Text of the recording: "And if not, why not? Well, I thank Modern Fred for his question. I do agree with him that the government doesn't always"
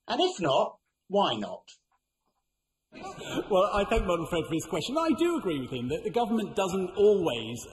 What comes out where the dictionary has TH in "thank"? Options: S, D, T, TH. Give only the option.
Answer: TH